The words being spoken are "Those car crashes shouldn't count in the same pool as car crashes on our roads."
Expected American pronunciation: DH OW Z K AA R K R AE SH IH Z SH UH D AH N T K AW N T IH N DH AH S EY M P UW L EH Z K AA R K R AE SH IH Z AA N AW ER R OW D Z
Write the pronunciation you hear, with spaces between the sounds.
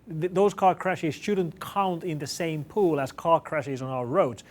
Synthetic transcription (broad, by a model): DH OW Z K AA R K R AE SH IH Z SH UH D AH N K AW N T IH N DH AH S EY M P UW L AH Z K AA R K R AE SH IH Z N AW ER R OW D